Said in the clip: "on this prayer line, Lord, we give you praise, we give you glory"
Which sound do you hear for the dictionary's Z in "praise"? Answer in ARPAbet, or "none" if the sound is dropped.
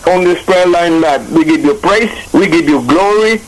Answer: S